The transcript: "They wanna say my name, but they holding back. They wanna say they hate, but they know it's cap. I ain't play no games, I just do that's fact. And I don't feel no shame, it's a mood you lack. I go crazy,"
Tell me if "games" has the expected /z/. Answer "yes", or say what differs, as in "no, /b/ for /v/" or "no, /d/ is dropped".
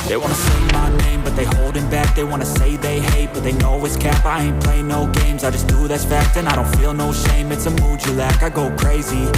yes